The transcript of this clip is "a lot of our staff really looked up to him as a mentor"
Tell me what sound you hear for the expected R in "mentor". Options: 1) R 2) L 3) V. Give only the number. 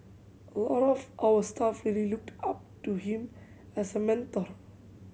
1